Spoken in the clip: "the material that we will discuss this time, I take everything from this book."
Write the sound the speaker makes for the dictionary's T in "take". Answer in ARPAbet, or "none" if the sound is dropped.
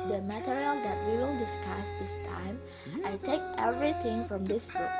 T